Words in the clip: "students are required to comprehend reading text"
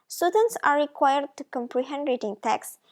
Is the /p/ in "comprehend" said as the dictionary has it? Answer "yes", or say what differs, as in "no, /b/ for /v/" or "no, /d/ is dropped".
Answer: yes